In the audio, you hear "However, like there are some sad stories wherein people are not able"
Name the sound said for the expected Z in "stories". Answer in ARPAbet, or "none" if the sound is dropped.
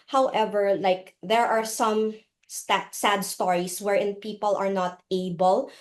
S